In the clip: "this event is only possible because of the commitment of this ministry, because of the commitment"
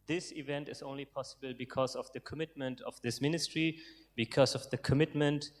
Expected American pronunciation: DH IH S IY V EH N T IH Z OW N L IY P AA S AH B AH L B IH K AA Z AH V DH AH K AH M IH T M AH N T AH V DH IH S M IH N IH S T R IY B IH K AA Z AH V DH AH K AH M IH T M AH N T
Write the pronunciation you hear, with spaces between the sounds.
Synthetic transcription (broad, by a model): DH IH S IY V EH N T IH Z OW N L IY P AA S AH B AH L B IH K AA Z AH V DH AH K AH M IH T M AH N T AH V DH IH S M IH N IH S T R IY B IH K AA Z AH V DH AH K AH M IH T M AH N T